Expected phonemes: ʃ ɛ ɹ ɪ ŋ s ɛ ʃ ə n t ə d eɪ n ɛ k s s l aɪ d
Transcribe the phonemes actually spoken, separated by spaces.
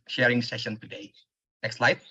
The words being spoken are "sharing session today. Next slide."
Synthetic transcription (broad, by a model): ʃ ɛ ɹ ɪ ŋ s ɛ ʃ ə n t ə d eɪ n ɛ k s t l aɪ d